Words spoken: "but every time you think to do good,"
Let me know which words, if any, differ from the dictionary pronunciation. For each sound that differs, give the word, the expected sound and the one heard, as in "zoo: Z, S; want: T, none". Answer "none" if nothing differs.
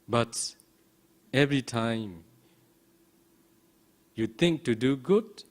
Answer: think: TH, T